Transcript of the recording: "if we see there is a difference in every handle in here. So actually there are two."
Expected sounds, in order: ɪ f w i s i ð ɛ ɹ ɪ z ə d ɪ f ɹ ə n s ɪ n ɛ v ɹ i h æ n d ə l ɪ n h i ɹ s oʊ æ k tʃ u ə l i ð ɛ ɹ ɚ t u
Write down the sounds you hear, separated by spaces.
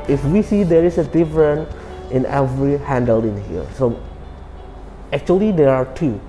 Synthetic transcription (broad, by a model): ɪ f w i s i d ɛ ɹ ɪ s ə d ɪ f ɹ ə n ɪ n ɛ v ɹ i h æ n d ə l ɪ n h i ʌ s oʊ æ k tʃ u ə l i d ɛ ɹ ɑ t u